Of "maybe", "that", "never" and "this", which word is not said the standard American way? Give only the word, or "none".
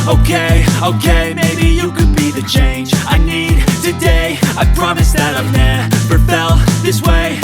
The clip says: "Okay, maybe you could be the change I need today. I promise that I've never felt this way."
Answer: never